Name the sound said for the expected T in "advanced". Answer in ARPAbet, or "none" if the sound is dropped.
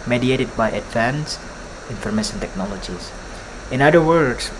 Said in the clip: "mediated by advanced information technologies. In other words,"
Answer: none